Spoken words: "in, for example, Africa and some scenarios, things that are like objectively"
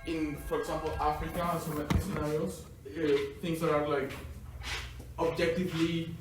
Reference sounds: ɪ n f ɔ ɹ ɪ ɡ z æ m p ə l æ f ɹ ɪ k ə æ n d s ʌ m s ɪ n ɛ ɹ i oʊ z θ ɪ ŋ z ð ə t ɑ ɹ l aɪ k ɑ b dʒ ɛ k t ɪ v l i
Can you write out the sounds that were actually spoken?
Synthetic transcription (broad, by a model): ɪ n f ɔ ɹ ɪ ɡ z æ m p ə l æ f ɹ ɪ k ə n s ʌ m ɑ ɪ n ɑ i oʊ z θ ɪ ŋ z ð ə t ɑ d l aɪ k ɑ b dʒ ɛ k t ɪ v l i